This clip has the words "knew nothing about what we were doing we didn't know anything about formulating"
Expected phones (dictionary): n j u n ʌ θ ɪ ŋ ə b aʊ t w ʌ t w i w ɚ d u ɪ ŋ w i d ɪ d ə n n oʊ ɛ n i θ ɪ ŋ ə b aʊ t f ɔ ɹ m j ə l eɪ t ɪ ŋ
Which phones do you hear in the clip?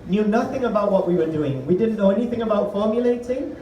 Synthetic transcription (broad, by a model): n j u n ʌ θ ɪ ŋ ə b aʊ t w ʌ t w i w ɚ d u ɪ ŋ w i d ɪ d n n oʊ ɛ n i θ ɪ ŋ ə b aʊ t f ɔ ɹ m j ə l eɪ t ɪ ŋ